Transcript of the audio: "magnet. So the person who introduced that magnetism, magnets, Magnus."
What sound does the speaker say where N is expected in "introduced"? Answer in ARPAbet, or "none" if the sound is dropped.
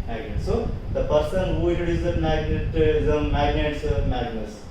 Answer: none